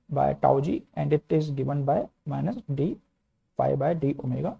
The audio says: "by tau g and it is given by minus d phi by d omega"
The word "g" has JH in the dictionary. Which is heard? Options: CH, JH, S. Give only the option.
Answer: JH